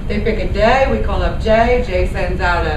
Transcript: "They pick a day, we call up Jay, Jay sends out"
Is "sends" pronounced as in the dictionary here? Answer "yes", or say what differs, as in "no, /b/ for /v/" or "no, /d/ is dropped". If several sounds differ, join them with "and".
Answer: yes